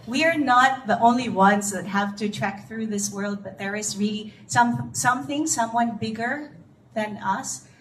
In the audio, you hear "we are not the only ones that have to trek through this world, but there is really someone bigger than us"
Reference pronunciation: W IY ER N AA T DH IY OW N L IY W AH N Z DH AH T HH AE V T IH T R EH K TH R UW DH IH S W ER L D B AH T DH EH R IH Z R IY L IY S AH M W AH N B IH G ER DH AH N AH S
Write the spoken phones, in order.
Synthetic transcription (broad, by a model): W IY ER N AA T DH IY OW N L IY W AH N Z DH AH T HH AE V T IH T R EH K TH R UW DH IH S W ER L D B AH T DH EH R IH Z R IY L IY S AH M W AH N B IH G ER DH AH N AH S